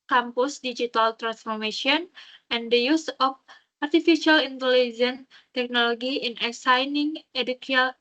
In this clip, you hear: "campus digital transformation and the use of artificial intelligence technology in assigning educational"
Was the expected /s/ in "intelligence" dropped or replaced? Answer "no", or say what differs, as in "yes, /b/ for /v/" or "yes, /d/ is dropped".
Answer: yes, /s/ is dropped